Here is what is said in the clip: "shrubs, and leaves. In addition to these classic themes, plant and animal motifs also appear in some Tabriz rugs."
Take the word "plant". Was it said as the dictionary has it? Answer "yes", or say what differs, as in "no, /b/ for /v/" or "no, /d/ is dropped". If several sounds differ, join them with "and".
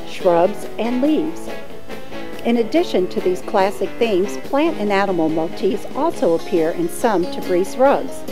yes